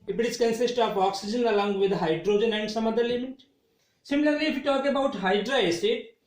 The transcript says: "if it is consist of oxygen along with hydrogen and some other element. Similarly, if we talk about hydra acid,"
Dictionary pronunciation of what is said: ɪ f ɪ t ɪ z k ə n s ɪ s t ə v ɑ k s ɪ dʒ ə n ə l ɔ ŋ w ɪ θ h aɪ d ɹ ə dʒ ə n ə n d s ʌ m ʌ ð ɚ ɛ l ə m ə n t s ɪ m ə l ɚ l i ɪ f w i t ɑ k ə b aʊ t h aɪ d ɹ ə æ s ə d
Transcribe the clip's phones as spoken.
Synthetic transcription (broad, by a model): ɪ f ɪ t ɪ s k ə n s ɪ s t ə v ɑ k s ɪ dʒ ə n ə l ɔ ŋ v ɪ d h aɪ d ɹ ə dʒ ə n ə n d s ʌ m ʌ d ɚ l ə m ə t s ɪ m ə l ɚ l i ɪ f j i t ɑ k ə b aʊ t h aɪ d ɹ ə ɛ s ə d